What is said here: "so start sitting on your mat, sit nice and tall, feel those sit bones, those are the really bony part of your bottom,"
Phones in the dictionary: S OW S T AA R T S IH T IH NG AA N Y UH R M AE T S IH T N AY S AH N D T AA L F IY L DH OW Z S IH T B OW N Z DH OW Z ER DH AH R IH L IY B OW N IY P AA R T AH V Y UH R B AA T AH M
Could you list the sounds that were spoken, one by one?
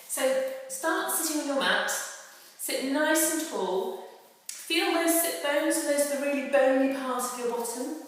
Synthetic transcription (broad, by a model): S OW S T AA T S IH T IH NG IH N Y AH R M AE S S IH T N AY S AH N T AA L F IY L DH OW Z S IH T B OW N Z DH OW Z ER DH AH R IH L IY B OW N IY P AA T AH V Y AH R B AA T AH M